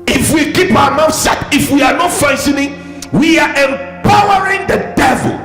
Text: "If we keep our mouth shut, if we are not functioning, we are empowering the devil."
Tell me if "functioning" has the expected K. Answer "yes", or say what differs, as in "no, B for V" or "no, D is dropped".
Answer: no, K is dropped